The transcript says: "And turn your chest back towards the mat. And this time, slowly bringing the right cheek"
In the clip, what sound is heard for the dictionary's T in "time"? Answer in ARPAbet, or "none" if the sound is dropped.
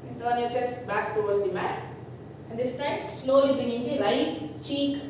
T